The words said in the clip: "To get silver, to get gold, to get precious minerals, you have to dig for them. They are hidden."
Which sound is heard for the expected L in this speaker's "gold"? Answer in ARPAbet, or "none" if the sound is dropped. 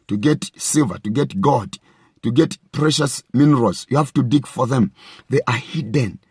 none